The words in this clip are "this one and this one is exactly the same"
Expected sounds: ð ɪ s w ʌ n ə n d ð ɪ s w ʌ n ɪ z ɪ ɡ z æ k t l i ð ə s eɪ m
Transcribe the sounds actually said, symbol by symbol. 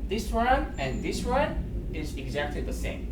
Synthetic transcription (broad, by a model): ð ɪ s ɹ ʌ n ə n ð ɪ s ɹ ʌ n ɪ z ɪ ɡ z æ k t l i ð ə s eɪ m